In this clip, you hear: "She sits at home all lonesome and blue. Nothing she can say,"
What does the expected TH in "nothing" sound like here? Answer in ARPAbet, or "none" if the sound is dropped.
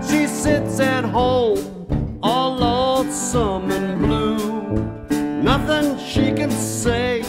TH